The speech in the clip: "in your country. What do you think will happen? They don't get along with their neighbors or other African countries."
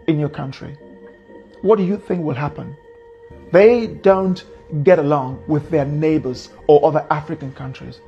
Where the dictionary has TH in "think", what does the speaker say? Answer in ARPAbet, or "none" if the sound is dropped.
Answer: TH